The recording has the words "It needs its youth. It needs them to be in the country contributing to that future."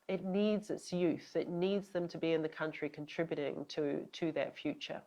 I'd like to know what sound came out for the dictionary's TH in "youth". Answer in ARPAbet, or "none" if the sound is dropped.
TH